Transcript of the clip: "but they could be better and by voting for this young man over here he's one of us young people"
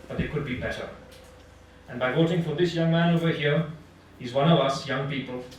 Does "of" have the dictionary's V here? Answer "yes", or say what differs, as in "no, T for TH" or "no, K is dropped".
yes